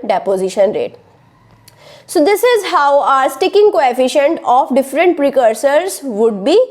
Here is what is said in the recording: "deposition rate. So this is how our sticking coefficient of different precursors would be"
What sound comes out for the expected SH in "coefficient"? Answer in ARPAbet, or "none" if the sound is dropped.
SH